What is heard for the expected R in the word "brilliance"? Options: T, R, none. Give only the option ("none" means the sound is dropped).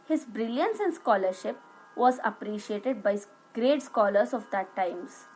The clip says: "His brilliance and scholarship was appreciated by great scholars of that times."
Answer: R